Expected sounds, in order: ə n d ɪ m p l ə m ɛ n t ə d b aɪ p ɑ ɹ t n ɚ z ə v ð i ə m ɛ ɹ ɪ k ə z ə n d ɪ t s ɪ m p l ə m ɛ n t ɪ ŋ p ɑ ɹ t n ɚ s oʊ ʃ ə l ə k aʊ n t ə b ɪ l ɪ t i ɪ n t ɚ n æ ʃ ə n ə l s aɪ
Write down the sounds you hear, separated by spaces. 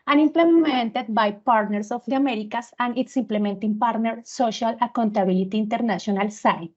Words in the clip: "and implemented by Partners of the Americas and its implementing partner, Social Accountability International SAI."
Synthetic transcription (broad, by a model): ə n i m p l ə m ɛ n t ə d b aɪ p ɑ ɹ t n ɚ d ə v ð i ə m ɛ ɹ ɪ k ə s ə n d ɪ t s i m p l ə m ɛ n t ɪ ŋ p ɑ ɹ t n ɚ s oʊ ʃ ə l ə k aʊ n t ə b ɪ l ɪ t i n t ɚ n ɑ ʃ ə n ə l s aɪ